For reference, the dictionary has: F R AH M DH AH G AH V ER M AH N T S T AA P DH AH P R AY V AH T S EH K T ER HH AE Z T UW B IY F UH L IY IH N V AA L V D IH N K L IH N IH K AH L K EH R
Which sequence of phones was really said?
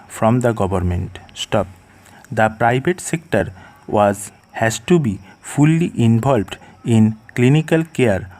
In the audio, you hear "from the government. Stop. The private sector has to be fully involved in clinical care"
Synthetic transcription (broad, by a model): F R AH M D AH G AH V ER M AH N T S T AA P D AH P R AY B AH T S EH K T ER HH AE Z T UW B IY F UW L IY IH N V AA L B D IH N K L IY N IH K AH L K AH R